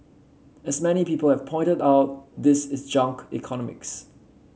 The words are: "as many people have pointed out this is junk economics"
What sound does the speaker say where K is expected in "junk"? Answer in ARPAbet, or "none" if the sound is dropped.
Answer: K